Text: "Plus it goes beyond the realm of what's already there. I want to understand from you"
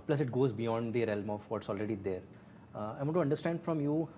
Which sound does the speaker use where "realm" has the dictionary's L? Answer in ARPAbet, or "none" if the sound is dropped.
L